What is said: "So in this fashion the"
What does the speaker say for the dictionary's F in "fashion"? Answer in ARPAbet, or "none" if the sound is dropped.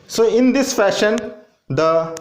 F